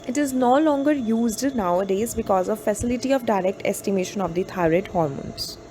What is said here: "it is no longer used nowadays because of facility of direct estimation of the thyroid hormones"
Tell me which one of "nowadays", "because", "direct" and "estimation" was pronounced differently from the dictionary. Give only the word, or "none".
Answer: none